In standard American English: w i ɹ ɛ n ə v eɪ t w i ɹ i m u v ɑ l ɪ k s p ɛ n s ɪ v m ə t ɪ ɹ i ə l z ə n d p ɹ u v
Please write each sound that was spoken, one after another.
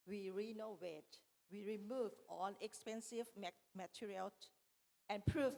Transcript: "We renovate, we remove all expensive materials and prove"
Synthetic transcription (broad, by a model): w i ɹ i n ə w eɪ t w i ɹ i m u v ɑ n ɪ k s p ɛ n s ɪ v m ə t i ɹ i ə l ə n p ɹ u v